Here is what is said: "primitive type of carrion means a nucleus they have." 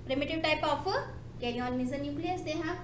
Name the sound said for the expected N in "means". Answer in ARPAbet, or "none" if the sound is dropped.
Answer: none